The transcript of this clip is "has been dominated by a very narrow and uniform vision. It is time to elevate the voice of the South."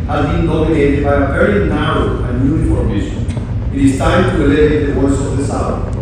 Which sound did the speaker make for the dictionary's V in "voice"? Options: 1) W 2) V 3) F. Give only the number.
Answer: 1